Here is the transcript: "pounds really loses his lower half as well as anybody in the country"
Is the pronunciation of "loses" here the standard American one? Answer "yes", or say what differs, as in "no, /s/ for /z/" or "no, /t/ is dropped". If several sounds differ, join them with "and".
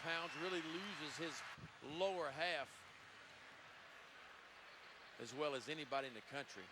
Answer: yes